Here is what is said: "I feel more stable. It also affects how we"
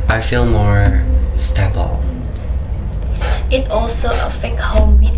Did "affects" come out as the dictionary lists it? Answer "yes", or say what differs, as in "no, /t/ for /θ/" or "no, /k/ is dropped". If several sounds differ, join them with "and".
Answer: no, /s/ is dropped